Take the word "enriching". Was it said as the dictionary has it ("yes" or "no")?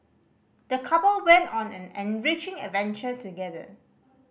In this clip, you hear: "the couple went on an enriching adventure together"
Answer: yes